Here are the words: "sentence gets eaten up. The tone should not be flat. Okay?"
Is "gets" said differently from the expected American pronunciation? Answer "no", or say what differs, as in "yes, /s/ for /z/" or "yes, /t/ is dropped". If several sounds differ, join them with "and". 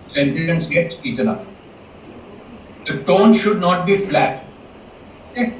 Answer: yes, /s/ is dropped